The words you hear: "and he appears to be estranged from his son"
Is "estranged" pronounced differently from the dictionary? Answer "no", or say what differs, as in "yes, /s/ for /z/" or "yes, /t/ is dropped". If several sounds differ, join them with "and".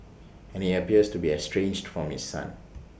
no